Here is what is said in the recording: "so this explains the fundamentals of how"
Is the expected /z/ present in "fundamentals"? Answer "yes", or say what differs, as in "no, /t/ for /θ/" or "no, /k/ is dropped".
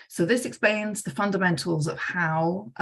yes